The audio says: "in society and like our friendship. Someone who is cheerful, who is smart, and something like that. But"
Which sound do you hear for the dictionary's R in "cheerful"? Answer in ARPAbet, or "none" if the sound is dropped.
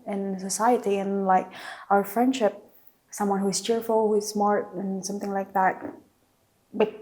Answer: R